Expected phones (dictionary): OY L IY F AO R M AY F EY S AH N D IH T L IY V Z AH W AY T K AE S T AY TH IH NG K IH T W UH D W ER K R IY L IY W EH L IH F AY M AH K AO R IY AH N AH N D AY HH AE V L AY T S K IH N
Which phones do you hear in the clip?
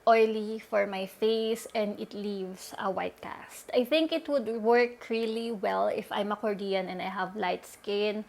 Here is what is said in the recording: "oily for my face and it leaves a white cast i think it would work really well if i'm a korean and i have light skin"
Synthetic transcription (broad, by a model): OY L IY F AO R M AY F EY S AH N D IH T L IY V S AH W AY T K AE S T AY TH IH NG K IH T W UH D W ER K R IY L IY W EH L IH F AY M AH K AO R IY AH N AH N D AY HH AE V L AY T S K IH N